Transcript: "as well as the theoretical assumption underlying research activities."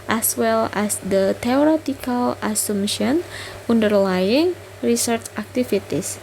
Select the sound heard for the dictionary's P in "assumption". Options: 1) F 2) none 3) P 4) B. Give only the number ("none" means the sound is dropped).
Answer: 2